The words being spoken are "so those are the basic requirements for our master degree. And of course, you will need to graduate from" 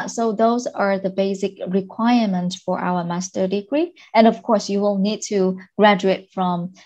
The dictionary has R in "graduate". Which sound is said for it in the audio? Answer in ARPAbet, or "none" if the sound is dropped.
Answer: R